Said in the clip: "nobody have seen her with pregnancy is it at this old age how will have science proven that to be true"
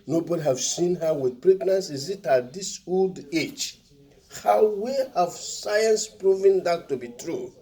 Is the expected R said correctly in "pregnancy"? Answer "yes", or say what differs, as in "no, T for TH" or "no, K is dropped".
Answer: yes